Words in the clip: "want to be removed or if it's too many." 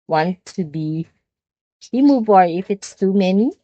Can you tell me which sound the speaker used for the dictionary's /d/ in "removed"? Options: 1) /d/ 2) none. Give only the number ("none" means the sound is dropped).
2